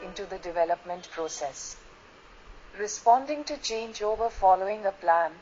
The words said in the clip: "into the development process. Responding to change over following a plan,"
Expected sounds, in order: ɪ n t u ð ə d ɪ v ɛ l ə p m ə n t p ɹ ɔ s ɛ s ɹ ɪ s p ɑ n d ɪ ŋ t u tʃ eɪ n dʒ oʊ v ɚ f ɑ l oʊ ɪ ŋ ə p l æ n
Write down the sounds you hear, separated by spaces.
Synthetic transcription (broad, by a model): ɪ n t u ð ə d ɪ v ɛ l ə p m ə n t p ɹ ɔ s ɛ s ɹ ɪ s p ɑ n d ɪ ŋ t u tʃ eɪ n dʒ oʊ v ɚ f ɑ l oʊ ɪ ŋ ə p l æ n